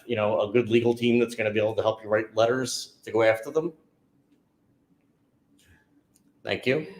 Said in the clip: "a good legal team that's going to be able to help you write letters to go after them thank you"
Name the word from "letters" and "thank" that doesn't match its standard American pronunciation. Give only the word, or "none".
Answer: none